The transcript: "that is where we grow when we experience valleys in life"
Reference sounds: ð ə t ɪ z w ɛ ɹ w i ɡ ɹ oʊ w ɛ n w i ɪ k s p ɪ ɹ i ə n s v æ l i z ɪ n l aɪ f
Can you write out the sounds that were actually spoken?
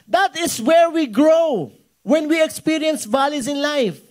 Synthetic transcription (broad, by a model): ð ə t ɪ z w ɛ ɹ w i ɡ ɹ oʊ w ɛ n w i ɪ k s p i ɹ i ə n s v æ l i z ɪ n l aɪ f